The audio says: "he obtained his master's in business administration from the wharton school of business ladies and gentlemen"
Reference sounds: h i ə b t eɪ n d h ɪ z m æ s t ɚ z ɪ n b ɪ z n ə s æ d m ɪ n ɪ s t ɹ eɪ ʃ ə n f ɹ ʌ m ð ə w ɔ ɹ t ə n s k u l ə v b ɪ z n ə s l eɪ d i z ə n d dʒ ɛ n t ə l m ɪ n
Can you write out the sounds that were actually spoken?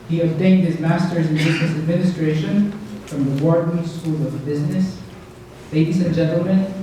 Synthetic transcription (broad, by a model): h i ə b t eɪ n d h ɪ z m æ s t ɚ z ɪ n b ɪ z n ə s æ d m ɪ n ɪ s t ɹ eɪ ʃ ə n f ɹ ʌ m ð ə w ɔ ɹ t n s k u l ə v b ɪ z n ə s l eɪ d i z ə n dʒ ɛ n t l m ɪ n